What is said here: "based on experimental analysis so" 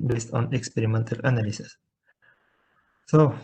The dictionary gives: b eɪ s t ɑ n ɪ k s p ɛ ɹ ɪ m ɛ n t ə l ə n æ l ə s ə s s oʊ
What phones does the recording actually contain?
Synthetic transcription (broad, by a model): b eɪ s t ɑ n ɪ k s p ɛ ɹ ɪ m ɛ n t ə l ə n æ l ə s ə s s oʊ